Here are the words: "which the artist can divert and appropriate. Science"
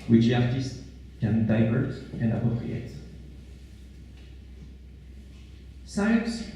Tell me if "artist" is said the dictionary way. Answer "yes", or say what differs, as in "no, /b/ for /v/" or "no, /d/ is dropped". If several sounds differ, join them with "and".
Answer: yes